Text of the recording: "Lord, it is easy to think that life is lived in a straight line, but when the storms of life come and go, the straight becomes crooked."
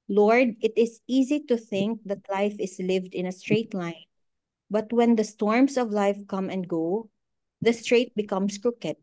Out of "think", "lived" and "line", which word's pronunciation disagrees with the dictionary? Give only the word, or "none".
none